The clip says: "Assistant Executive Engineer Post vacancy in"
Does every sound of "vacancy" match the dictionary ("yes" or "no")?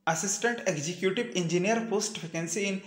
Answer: no